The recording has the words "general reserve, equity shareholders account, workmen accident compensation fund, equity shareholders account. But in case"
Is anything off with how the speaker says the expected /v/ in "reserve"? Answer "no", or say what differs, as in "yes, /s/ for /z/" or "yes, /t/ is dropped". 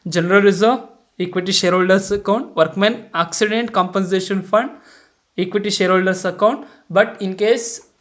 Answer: yes, /v/ is dropped